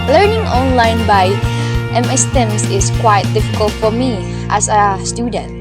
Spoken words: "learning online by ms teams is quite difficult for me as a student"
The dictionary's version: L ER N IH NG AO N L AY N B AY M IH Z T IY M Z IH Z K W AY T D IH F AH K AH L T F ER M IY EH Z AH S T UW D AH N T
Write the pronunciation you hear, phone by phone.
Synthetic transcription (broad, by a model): L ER N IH NG AO N L AY N B AY M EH S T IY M S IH S K W AY T D IH F AH K AH L T F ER M IY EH S AH S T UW D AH N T